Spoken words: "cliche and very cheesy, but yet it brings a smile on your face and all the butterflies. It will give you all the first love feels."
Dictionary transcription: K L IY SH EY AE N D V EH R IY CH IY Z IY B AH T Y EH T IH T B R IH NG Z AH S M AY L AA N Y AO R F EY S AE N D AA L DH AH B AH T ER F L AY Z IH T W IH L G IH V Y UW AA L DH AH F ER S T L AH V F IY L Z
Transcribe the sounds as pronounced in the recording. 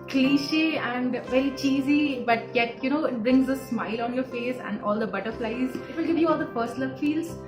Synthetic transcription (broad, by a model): K L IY SH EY AE N D V EH R IY CH IY Z IY B AH T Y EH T IH T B R IH NG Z AH S M AY L AA N Y AO R F EY S AE N D AA L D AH B AH T ER F L AY Z IH T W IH L G IH V Y UW AA L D AH P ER S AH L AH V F IY L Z